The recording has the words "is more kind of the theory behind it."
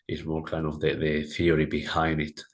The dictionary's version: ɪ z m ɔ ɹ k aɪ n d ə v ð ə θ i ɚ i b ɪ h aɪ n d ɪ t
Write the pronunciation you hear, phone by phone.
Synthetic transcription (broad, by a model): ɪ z m ɔ ɹ k aɪ n d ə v ð ə θ i ɚ i b ɪ h aɪ n d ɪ t